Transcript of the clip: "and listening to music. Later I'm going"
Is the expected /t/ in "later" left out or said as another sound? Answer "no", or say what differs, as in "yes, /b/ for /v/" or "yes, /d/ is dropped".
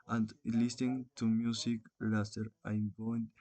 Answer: yes, /s/ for /t/